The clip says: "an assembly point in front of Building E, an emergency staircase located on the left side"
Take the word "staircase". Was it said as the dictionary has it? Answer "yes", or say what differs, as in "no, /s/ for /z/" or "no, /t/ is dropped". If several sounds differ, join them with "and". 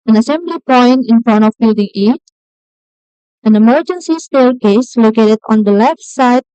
no, /l/ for /ɹ/